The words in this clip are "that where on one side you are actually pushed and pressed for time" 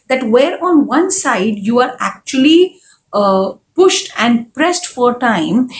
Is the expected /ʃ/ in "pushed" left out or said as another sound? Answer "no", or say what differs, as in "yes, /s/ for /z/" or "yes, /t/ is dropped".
no